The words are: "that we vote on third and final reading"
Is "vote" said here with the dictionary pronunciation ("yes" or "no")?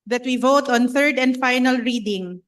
yes